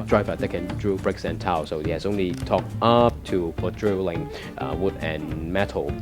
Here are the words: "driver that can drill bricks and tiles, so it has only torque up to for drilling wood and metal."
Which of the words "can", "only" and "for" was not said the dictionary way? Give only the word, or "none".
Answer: for